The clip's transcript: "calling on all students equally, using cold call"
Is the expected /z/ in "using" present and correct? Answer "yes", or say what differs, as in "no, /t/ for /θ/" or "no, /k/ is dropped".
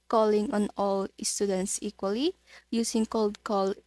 no, /s/ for /z/